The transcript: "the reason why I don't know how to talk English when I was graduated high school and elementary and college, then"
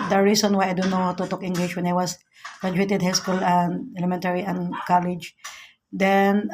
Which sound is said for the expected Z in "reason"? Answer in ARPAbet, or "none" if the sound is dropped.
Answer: S